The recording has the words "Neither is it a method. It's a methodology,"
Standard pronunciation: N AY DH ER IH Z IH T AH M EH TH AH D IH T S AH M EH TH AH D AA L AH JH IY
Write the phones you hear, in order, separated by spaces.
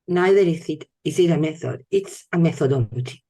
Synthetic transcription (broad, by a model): N AY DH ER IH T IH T AH M EH TH AH D IH T S AH M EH TH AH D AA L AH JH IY